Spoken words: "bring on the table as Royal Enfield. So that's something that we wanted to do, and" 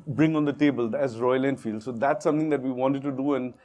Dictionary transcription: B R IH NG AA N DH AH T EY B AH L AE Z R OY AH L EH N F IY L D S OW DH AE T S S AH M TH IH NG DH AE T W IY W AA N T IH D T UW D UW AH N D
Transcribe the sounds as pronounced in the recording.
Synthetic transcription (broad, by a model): B R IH NG AA N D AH T EY B AH L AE Z R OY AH L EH N F IY L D S OW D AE T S S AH M T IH NG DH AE T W IY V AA N T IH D T UW D UW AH N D